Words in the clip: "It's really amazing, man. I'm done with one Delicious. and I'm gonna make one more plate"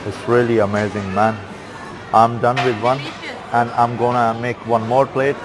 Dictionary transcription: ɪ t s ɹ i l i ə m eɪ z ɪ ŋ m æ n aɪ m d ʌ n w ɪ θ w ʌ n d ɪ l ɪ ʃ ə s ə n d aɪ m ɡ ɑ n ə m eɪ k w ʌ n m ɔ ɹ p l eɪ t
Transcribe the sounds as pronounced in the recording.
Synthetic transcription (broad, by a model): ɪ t s ɹ i l i ə m eɪ z ɪ ŋ m æ n aɪ m d ʌ n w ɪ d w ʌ n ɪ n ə ə m ɡ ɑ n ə m eɪ k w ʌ n m ɔ ɹ p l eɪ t